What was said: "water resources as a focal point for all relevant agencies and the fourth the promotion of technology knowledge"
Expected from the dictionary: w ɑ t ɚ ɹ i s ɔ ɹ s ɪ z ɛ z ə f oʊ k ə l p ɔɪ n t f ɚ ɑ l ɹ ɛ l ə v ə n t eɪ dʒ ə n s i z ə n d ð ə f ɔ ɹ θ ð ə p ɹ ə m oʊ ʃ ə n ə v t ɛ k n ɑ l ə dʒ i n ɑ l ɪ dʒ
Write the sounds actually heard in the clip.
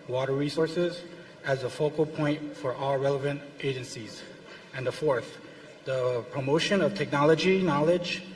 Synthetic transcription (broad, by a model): w ɑ t ɚ ɹ i s ɔ ɹ s ɪ z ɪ z ə f oʊ k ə l p ɔɪ n t f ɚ ɑ l ɹ ɛ l ə v ə n t eɪ dʒ ə n s i z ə n ð ə f ɔ ɹ θ ð ə p ɹ ə m oʊ ʃ ə n ə v t ɛ k n ɑ l ə dʒ i n ɑ l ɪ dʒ